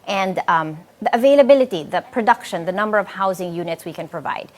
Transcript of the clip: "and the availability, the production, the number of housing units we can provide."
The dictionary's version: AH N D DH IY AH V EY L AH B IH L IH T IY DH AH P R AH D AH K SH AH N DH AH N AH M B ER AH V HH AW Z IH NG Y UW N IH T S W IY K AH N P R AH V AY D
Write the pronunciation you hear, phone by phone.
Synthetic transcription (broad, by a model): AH N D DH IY AH V EY L AH B IH L IH T IY DH AH P R AH D AH K SH AH N DH AH N AH M B ER AH V HH AW Z IH NG Y UW N IH T S W IY K AH N P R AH V AY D